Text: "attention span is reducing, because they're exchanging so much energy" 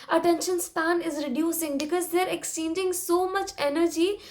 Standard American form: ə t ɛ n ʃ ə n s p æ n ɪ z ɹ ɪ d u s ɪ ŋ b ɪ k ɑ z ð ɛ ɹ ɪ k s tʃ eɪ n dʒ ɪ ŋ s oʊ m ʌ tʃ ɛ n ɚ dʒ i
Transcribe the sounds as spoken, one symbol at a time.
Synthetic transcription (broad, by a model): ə t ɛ n ʃ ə n s p æ n ɪ z ɹ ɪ d u s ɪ ŋ b ɪ k ɑ z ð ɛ ɹ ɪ k s i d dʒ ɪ ŋ s oʊ m ʌ tʃ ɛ n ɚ dʒ i